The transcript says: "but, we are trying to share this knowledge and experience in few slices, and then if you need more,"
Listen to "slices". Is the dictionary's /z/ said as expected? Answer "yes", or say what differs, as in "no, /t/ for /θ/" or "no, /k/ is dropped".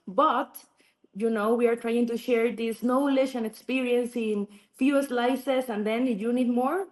no, /s/ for /z/